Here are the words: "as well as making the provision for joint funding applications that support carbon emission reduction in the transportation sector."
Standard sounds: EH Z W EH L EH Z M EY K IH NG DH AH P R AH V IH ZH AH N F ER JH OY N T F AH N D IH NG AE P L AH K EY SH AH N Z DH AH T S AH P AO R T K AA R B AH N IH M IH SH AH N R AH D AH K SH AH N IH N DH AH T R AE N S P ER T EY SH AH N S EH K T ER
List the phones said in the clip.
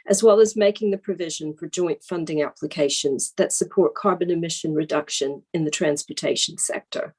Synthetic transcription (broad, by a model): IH Z W EH L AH Z M EY K IH NG DH AH P R AH V IH ZH AH N F ER JH OY N T F AH N D IH NG AE P L AH K EY SH AH N Z DH AH T S AH P AO R T K AA R B AH N IH M IH SH AH N R AH D AH K SH AH N IH N DH AH T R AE N S P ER T EY SH N S EH K T ER